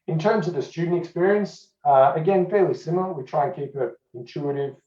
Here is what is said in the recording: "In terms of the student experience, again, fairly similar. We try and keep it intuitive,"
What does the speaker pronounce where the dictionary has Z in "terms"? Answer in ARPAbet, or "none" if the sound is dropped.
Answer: Z